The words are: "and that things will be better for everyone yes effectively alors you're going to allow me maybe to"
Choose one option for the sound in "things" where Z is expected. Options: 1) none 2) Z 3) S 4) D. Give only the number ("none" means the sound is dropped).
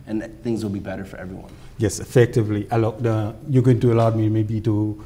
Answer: 2